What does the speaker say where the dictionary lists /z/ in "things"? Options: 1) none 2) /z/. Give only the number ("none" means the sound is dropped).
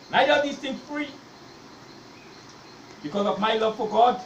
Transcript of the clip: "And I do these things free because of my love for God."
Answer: 1